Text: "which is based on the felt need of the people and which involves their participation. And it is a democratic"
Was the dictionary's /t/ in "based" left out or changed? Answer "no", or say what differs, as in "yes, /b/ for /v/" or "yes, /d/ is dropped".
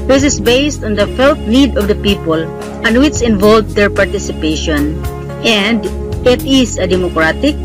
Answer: no